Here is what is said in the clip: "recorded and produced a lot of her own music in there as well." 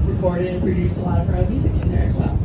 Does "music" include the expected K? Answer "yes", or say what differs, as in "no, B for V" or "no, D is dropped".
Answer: no, K is dropped